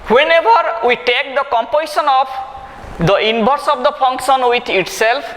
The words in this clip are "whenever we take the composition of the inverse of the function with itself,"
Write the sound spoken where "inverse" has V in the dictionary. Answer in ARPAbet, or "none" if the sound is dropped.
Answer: B